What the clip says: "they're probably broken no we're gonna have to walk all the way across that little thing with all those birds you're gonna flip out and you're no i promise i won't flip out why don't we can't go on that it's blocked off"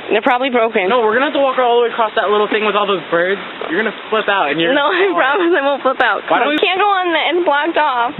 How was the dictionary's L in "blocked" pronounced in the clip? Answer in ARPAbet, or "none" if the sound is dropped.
L